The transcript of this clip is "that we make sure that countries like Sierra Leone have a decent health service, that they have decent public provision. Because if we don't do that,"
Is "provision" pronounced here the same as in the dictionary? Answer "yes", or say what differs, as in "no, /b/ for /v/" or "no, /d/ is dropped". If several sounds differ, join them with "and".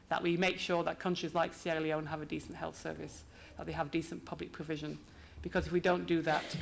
yes